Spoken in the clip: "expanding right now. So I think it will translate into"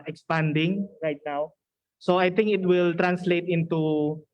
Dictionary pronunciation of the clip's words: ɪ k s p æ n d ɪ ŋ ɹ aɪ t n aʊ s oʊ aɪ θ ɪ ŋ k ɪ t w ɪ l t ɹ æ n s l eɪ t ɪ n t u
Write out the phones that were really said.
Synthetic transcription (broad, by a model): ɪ k s p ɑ n d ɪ ŋ ɹ aɪ t n aʊ s oʊ aɪ t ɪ ŋ k ɪ t w ɪ l t ɹ æ n s l eɪ t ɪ n t u